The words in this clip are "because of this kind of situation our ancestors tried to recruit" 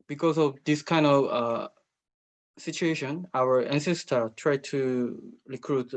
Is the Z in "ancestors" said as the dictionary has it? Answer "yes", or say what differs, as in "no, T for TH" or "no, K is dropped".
no, Z is dropped